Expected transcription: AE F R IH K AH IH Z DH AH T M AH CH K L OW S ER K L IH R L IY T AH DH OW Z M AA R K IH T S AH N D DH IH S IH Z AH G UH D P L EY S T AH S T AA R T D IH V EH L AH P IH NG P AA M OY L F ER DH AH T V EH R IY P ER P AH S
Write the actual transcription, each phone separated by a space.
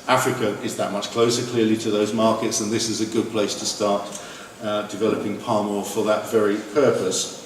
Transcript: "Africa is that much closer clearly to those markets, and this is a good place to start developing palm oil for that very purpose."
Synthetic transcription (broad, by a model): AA F R IH K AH IH Z DH AH T M AH CH K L OW S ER K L IH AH L IY T AH DH OW Z M AA K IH T S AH N DH IH S IH Z AH G UH D P L EY S T AH S T AA T D IH V EH L AH P IH NG P AA M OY F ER DH AH T V EH R IY P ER P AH S